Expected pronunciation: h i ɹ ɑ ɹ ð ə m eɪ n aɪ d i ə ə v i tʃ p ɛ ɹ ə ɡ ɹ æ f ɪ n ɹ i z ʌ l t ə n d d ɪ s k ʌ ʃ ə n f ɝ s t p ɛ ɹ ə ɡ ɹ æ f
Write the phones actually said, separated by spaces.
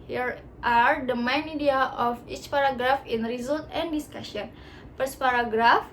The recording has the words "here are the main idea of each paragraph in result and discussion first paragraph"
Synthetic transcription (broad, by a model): h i ɹ ɑ ɹ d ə m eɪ n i d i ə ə f i tʃ p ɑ ɹ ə ɡ ɹ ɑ f ɪ n ɹ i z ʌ l t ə n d d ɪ s k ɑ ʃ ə n p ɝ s p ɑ ɹ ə ɡ ɹ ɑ f